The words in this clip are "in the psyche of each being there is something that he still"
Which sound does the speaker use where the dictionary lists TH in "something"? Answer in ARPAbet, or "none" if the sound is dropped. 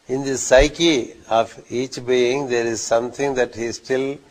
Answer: T